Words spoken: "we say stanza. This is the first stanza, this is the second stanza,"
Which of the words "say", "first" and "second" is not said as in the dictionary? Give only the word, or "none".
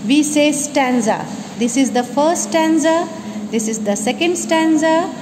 first